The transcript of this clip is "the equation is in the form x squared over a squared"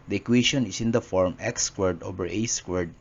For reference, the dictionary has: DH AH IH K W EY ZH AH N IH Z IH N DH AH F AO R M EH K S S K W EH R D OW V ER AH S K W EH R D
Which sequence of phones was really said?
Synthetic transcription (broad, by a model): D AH K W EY SH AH N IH S IH N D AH F AO R M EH K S S K W EH R D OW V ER AH S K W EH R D